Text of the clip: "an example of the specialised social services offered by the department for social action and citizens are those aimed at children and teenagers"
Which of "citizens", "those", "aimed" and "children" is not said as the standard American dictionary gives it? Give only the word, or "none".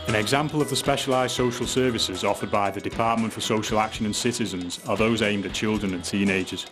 none